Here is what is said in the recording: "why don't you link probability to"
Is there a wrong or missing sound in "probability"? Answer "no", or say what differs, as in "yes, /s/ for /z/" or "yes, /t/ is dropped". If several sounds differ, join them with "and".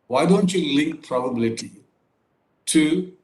no